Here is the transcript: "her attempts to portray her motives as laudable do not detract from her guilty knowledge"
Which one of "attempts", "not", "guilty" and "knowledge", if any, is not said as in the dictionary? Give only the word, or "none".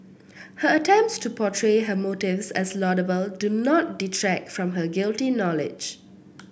none